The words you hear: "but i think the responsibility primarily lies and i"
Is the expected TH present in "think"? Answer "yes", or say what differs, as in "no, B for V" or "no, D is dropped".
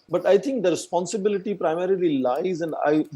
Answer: no, T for TH